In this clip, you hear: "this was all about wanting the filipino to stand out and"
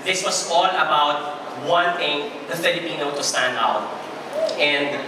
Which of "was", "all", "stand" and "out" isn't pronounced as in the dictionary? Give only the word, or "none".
was